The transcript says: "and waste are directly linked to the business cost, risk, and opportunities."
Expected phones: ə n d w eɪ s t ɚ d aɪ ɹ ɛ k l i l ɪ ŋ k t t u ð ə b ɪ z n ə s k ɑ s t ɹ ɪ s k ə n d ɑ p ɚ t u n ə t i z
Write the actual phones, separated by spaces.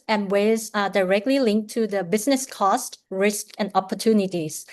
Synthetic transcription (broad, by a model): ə n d w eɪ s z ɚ d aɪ ɹ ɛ k l i l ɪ ŋ k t t u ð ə b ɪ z n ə s k ɑ s t ɹ ɪ s k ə n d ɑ p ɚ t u n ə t i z